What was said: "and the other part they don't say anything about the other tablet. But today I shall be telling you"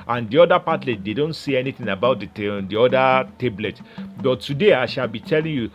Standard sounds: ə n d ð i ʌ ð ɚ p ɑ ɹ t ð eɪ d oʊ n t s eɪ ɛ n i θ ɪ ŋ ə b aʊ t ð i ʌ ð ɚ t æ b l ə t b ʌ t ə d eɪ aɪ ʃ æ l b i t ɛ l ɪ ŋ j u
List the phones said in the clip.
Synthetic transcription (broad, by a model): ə n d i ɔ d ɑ p ɑ l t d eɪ d oʊ n t s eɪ ɛ n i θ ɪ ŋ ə b aʊ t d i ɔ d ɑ t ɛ b l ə t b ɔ t ə d eɪ aɪ ʃ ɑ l b i t ɛ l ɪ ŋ j u